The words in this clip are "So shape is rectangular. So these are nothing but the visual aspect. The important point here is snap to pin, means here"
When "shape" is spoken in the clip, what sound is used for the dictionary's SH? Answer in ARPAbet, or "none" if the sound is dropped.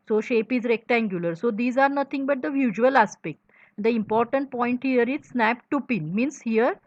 SH